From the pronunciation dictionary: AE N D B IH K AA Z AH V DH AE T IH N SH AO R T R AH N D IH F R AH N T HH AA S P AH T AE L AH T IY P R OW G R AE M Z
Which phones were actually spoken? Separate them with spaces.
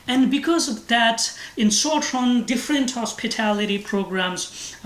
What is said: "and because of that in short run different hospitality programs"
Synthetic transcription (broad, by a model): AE N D B IH K AA Z AH V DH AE T IH N S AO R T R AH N D IH F R AH N T HH AA S P AH T AE L AH T IY P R OW G R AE M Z